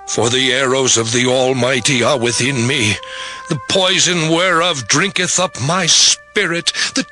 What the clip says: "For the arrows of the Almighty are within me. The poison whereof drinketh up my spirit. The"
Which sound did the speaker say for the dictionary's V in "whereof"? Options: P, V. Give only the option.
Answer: V